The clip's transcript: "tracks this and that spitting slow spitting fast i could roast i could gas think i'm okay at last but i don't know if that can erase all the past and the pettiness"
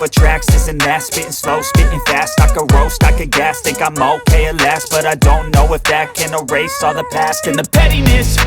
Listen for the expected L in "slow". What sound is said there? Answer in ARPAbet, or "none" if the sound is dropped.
L